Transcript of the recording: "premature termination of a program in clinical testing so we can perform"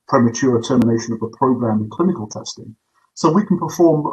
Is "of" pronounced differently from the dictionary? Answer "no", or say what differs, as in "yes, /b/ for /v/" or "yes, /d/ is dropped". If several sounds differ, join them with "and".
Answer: no